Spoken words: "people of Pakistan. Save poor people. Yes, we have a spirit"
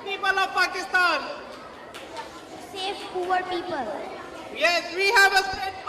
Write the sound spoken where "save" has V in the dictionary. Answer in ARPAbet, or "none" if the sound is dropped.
F